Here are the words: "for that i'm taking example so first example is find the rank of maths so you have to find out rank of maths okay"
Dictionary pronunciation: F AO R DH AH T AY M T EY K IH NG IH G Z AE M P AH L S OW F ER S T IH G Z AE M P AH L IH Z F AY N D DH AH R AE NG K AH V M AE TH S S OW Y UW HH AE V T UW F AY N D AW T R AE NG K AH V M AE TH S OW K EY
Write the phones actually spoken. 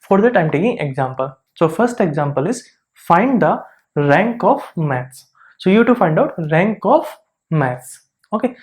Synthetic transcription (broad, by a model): F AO R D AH T AY M T EY K IH NG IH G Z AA M P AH L S OW F ER S T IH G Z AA M P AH L IH Z F AY N D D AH R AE NG K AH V M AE T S S OW Y UW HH T UW F AY N D AW T R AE NG K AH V M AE T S OW K EY